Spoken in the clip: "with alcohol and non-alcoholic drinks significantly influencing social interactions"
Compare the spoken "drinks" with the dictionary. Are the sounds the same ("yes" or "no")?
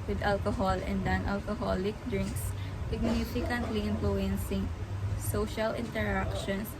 yes